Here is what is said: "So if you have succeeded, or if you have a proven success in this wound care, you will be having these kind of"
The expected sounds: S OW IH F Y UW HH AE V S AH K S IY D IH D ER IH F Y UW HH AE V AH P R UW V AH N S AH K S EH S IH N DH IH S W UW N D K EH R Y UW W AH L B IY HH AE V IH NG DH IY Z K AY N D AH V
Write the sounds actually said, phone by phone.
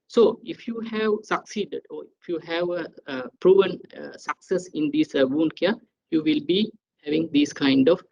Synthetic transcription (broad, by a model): S OW IH F Y UW HH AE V S AH K S IY D IH D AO IH F Y UW HH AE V AH P R UW V AH N S AH K S EH S IH N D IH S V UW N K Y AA Y UW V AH L B IY HH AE V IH NG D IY S K AY N D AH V